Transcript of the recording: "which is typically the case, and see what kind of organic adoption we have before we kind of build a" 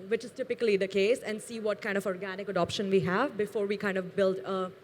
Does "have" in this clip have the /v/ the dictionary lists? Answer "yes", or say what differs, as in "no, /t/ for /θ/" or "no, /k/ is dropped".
yes